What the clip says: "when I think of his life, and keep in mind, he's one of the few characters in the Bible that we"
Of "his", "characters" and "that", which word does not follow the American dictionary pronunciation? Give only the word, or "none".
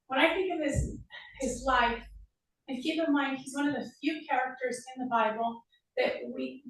none